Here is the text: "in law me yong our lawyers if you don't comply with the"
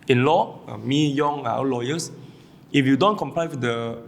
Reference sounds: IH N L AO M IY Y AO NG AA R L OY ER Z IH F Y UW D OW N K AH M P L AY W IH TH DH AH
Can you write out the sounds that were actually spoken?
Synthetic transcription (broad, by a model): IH N L AO M IY Y AO NG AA W L OY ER S IH F Y UW D OW N K AH M P L AY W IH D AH